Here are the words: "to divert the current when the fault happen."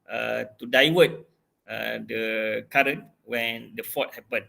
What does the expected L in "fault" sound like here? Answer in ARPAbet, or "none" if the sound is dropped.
none